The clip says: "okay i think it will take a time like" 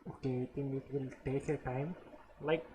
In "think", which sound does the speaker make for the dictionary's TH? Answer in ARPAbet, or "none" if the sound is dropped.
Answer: T